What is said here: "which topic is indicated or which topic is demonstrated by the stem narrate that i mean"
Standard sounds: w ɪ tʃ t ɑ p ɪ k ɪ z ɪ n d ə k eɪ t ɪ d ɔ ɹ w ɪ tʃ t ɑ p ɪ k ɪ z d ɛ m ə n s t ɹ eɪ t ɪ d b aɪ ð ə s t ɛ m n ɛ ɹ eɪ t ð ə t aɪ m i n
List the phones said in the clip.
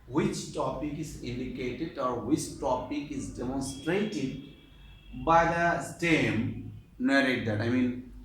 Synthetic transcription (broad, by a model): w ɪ tʃ t ɑ p ɪ k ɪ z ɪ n d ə k eɪ t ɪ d ɔ ɹ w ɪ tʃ t ɑ p ɪ k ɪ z d ɛ m ə n s t ɹ eɪ t ɪ d b aɪ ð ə s t ɛ m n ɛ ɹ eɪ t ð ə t aɪ m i n